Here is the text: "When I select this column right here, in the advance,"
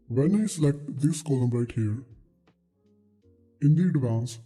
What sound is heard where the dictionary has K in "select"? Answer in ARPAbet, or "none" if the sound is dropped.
K